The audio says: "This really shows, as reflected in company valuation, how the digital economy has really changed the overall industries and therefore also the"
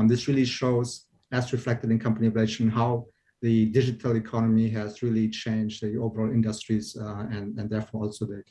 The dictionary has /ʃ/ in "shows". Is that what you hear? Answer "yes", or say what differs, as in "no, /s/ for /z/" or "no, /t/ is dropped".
yes